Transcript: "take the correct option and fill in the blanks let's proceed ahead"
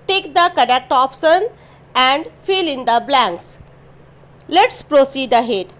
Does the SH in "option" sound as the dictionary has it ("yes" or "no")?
no